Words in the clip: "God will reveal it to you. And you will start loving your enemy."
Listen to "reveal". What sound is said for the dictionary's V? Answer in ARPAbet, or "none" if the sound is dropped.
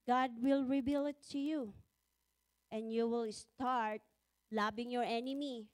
B